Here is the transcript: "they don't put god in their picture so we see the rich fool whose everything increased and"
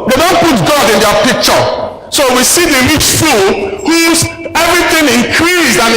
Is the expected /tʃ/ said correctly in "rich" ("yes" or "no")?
no